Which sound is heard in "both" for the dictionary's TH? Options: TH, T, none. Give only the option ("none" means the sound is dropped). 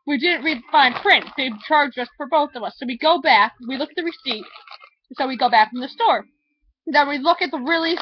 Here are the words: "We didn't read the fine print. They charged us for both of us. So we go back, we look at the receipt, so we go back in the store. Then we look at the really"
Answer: TH